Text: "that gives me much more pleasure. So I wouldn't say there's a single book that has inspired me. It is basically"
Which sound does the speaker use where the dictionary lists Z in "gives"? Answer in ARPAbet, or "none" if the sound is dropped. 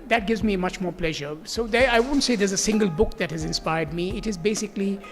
Z